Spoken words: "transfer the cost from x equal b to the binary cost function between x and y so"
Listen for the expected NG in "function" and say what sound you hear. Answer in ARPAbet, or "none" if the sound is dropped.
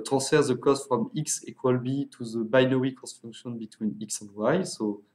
none